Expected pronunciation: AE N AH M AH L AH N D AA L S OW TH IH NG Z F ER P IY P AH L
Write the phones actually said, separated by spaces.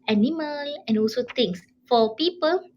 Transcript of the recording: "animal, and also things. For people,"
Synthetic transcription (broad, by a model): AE N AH M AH L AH N AA L S OW T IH NG S F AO P IY P AH L